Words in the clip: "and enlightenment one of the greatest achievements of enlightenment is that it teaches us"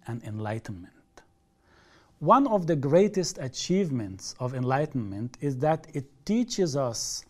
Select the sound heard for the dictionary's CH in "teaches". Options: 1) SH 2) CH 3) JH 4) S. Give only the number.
2